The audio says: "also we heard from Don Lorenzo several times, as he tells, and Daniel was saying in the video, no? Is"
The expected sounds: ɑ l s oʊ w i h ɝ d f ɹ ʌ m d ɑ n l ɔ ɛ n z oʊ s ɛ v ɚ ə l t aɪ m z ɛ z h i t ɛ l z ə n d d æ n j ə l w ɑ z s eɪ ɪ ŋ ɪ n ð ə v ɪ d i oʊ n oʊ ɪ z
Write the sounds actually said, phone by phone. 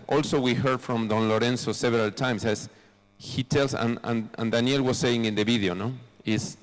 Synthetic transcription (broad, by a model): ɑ l s oʊ w i h ɝ d f ɹ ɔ m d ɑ n l ɔ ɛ n s oʊ s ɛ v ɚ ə l t aɪ m s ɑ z h i t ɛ l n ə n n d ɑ n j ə l w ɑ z s eɪ ɪ ŋ ɪ n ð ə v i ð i oʊ n oʊ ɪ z